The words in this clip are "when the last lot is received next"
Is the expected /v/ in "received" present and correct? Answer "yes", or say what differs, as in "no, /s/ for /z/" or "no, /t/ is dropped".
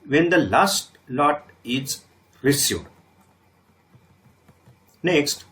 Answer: no, /v/ is dropped